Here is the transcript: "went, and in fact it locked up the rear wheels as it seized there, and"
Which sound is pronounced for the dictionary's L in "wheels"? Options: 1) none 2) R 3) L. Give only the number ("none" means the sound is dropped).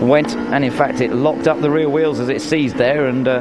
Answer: 3